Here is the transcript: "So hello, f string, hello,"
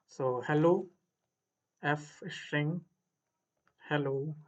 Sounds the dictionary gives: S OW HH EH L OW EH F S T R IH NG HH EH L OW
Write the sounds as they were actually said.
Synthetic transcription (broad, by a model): S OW HH EH L OW EH F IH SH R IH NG HH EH L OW